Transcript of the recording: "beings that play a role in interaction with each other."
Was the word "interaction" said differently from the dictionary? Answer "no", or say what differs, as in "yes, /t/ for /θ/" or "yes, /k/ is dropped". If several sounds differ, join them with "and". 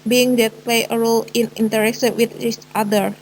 yes, /s/ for /ʃ/